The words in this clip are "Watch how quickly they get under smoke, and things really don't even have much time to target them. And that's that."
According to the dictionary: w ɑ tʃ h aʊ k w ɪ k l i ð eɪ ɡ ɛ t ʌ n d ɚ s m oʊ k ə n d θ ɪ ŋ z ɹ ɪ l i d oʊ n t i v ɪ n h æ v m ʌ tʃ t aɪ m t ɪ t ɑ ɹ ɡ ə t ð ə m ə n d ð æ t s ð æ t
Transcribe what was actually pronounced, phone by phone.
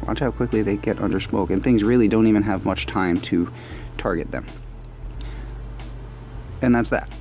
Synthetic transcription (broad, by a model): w ɑ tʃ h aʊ k w ɪ k l i ð eɪ ɡ ɛ t ʌ n d ɚ s m oʊ k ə n θ ɪ ŋ z ɹ ɪ l i d oʊ n t i v ɪ n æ v m ʌ tʃ t aɪ m t ɪ t ɑ ɹ ɡ ə t ð ə m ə n ð æ t s ð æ t